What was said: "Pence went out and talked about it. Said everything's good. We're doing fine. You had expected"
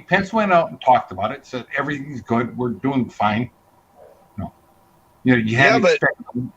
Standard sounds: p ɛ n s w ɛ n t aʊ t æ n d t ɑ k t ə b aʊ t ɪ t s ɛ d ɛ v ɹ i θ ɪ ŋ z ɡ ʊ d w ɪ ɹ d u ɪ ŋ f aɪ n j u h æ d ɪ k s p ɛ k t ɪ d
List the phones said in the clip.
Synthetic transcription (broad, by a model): p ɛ n s w ɛ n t aʊ t n t ɑ k t ə b aʊ t ɪ t s ɛ d ɛ v ɹ i θ ɪ ŋ z ɡ ʊ d w ɪ ɹ d u ɪ ŋ f aɪ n j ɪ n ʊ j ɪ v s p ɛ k